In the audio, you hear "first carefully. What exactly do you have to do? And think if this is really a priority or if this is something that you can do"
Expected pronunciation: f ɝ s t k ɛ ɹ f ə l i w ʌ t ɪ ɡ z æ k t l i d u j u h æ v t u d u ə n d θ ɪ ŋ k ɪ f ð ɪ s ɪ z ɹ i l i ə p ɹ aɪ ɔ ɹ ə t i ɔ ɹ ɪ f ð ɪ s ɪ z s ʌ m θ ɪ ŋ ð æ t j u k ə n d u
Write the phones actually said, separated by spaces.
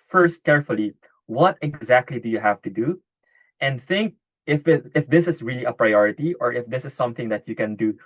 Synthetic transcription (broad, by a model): f ɝ s t k ɛ ɹ f ə l i w ʌ t ɪ ɡ z æ k t l i d u j u h æ v t u d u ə n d θ ɪ ŋ k ɪ f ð ɪ s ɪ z ɹ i l i ə p ɹ aɪ ɔ ɹ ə t i ɔ ɹ ɪ f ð ɪ s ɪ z s ʌ m θ ɪ ŋ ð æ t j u k ə n d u